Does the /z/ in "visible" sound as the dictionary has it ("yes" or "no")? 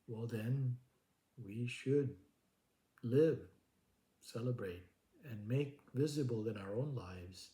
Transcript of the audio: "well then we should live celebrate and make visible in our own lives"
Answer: yes